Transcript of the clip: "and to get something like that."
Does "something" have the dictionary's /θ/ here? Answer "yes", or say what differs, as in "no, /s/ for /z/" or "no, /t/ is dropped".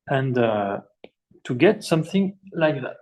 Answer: yes